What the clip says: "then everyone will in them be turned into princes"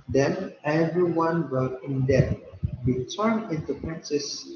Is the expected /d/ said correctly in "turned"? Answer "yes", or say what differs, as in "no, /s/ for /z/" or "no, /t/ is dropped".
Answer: no, /d/ is dropped